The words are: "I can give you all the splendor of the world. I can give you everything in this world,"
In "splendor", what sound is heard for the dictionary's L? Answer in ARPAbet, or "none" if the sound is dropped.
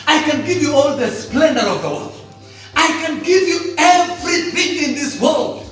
L